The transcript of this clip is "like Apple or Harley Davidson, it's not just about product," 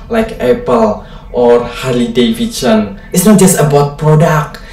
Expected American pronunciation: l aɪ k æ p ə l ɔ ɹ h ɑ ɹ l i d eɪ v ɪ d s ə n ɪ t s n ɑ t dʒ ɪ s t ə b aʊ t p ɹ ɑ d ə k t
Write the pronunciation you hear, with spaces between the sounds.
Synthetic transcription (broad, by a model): l aɪ k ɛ p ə l ɔ ɹ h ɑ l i d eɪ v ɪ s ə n ɪ t s n ɑ t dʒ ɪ s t ə b aʊ t p ɹ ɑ d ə k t